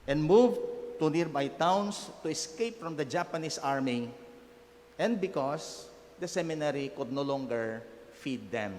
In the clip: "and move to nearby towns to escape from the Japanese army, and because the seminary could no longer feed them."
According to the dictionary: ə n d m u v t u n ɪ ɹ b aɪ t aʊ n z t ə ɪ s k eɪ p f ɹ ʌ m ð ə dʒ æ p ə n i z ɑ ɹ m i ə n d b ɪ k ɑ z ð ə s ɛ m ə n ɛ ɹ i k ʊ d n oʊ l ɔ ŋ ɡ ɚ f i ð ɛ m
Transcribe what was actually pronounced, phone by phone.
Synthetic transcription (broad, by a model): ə n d m u v t u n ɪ ɹ b aɪ t aʊ n s t ə ɪ s k eɪ p f ɹ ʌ m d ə dʒ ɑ p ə n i s ɑ ɹ m i ə n d b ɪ k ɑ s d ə s ɛ m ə n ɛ ɹ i k ʊ d n oʊ l ɔ ŋ ɡ ɚ f i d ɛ m